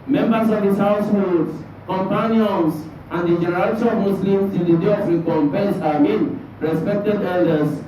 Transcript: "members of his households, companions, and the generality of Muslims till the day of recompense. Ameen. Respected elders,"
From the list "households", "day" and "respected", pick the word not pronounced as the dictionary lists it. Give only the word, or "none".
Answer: households